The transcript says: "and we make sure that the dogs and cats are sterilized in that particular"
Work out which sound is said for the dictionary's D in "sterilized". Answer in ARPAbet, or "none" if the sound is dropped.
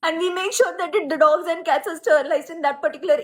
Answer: none